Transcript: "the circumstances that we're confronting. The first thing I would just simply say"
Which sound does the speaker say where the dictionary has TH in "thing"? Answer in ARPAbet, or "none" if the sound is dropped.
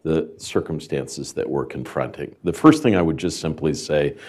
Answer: TH